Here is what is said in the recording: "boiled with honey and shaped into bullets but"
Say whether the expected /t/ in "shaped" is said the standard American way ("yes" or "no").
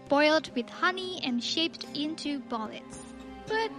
yes